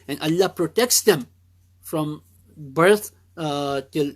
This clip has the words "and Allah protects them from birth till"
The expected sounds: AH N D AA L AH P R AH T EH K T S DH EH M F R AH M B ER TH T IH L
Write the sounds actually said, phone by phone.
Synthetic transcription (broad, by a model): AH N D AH L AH P R AH T EH K T S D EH M F R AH M B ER T T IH L